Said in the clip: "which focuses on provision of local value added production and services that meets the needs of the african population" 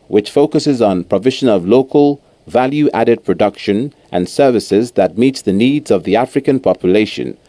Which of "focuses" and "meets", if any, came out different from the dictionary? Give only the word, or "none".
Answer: none